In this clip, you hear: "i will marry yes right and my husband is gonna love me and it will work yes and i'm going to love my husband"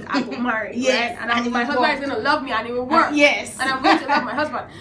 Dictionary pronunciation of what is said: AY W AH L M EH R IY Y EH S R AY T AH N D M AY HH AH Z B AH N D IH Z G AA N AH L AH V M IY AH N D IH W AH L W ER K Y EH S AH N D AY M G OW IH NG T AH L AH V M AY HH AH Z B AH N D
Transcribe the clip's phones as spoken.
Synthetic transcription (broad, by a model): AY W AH M EH R IY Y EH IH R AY AH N M AY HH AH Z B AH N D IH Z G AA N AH L AH V M IY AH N IH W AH W ER K Y EH S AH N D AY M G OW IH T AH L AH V M AY HH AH Z B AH N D